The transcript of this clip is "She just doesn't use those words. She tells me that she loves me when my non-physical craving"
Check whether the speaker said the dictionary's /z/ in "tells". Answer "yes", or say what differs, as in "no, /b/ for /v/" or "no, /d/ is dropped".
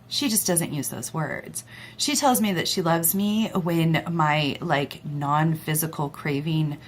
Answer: yes